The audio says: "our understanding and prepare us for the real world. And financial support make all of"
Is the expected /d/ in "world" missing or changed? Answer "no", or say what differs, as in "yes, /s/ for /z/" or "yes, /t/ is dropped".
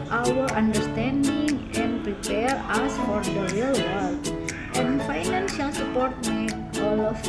yes, /d/ is dropped